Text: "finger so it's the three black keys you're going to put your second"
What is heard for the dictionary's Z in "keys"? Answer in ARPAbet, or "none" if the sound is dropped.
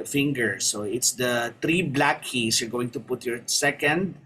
S